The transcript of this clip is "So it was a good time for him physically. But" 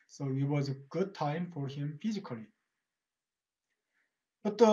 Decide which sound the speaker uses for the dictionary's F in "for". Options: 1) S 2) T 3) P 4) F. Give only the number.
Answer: 4